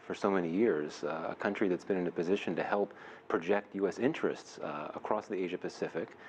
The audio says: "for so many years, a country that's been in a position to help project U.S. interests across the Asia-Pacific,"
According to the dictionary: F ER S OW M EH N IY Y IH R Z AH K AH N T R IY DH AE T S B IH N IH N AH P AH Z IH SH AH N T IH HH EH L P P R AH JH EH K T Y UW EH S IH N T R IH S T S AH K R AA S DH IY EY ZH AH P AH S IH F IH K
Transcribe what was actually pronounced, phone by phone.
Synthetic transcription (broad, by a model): F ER S OW M EH N IY Y IH R Z AH K AH N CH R IY DH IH T S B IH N IH N AH P AH Z IH SH AH N T IH HH EH L P P R AH JH EH K T Y UW EH S IH N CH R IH S T S AH K R AA S DH IY EY ZH AH P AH S IH F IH K